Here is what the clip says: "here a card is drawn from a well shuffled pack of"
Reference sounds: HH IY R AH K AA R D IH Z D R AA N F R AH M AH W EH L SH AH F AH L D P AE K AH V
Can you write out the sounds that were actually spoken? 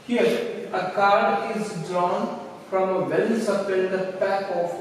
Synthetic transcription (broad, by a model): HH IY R AH K AA R D IH Z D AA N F R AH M AH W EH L S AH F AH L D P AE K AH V